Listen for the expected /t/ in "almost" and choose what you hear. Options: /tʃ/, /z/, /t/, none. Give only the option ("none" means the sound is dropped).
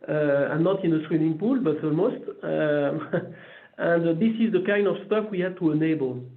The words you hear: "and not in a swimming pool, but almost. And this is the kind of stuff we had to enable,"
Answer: /t/